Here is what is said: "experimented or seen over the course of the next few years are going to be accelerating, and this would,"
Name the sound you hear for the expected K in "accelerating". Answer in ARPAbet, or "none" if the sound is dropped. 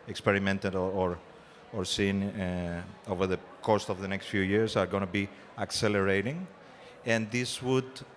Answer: K